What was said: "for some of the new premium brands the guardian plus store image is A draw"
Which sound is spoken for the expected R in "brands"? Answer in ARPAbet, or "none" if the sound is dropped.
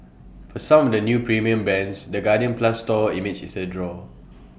none